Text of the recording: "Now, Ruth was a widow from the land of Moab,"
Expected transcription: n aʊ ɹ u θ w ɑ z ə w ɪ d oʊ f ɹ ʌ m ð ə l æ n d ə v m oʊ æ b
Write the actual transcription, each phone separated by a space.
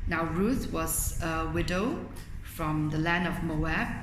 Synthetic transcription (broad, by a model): n aʊ ɹ u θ w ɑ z ə w ɪ d oʊ f ɹ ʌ m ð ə l æ n d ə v m oʊ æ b